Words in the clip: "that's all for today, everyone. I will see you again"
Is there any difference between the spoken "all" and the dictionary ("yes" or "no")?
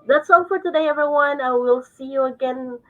yes